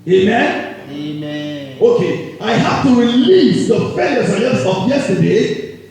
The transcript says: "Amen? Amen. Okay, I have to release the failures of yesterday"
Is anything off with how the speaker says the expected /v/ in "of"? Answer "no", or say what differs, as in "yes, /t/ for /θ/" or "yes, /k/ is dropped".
yes, /p/ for /v/